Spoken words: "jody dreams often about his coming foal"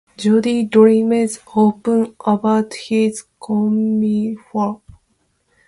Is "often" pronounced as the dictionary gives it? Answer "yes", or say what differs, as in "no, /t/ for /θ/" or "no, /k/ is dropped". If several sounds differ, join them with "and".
no, /p/ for /f/